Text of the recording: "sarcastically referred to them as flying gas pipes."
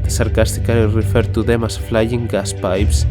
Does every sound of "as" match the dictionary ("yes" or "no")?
no